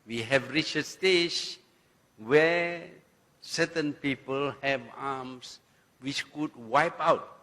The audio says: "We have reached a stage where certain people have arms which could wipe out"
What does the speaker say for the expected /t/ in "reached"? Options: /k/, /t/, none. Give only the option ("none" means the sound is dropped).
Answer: none